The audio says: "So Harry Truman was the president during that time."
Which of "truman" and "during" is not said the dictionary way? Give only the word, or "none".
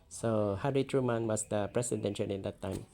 during